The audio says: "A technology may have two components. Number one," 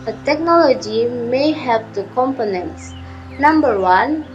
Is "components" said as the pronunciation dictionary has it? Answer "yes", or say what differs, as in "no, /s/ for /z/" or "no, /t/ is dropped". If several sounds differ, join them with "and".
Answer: yes